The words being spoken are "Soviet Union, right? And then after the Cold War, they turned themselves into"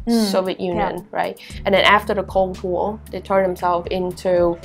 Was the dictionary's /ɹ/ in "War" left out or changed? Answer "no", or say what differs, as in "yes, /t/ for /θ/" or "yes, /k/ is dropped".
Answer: yes, /l/ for /ɹ/